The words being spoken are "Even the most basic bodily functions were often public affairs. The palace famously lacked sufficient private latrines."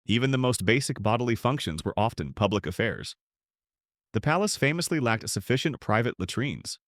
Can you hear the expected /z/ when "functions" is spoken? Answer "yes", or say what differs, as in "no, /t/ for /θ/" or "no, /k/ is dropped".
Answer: yes